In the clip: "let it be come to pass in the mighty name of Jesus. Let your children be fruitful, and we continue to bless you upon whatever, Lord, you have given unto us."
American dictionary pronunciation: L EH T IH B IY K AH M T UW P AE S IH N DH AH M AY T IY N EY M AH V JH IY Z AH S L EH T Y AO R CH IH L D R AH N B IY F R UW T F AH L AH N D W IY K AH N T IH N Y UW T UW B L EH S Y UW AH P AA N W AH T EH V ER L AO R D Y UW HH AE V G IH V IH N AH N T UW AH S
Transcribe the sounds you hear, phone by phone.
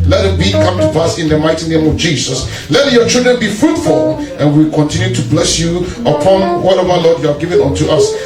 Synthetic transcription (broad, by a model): L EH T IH B IY K AH M T UW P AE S IH N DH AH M AY T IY N EY M AH V JH IY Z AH S L EH T Y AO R CH IH L D R AH N B IY F R UW T F AH L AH N W IY K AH N T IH N Y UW T UW B L EH S Y UW AH P AA N W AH T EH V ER L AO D Y UW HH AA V G IH V IH N AH N T UW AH S